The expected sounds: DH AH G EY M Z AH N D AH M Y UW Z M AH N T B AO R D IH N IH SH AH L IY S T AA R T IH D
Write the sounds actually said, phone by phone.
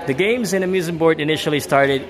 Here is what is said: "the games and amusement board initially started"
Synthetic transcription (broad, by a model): DH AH G EY M Z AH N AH M Y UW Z AH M B AO R D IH N IH SH L IY S T AA R T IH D